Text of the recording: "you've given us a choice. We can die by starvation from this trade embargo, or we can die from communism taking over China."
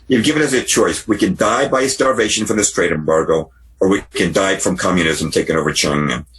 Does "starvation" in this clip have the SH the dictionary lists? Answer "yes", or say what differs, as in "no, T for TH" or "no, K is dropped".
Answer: yes